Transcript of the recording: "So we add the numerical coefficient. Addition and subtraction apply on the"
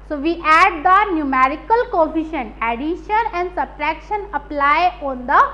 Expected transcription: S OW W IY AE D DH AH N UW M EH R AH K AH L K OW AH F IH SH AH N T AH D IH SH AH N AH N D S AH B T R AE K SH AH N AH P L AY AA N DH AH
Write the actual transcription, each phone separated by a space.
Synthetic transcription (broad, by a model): S OW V IY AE D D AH N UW M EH R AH K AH L K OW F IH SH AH N AH D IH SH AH N AH N D S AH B T R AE K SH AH N AH P L AY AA N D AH